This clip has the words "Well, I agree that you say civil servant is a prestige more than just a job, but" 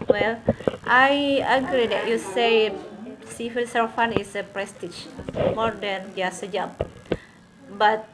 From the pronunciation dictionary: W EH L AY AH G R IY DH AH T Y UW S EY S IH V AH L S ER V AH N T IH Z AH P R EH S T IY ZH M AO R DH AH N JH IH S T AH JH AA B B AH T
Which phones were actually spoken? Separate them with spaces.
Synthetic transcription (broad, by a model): W EH L AY AH G R IY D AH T Y UW S EY S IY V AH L S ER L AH N IH S AH P R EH S T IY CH M AO R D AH N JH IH S AH JH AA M B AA T